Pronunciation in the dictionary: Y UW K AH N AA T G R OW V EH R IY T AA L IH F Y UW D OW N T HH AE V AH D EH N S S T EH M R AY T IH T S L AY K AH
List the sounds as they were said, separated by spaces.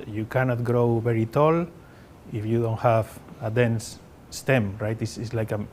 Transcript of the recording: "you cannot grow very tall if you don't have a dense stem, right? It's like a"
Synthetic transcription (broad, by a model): Y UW K AH N AA T G R OW V EH R IY T AA L IH F Y UW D OW N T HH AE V AH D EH N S S T EH M R AY T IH S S L AY K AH